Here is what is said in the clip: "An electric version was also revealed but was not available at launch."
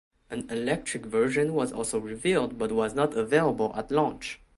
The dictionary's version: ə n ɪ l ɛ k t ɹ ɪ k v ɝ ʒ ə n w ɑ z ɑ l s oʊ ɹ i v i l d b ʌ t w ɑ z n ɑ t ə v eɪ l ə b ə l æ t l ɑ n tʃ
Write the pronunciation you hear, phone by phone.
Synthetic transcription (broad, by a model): ə n ɪ l ɛ k t ɹ ɪ k v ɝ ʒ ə n w ɑ z ɑ l s oʊ ɹ i v i l d b ʌ t w ɑ z n ɑ t ə v eɪ l ə b ə l æ t l ɑ n tʃ